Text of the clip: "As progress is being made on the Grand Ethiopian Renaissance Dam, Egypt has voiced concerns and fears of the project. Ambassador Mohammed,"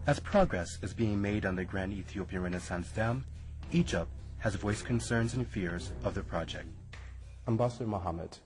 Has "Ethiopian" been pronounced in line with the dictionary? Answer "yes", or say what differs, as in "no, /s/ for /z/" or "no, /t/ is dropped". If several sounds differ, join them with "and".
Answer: yes